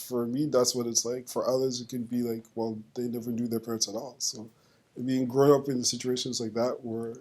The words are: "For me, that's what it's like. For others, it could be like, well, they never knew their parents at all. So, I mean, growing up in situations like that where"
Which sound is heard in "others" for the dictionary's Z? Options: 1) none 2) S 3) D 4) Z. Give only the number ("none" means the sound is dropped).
4